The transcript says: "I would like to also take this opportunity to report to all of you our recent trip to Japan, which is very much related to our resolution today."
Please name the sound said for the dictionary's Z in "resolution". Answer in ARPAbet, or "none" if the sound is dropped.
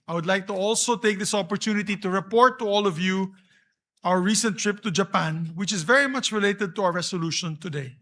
S